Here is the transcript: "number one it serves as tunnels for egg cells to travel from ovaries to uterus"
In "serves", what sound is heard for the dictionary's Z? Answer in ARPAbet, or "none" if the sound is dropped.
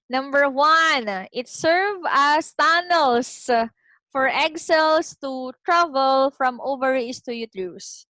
none